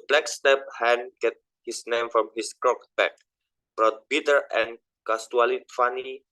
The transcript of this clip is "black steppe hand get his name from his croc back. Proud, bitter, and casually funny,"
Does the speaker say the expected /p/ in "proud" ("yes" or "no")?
no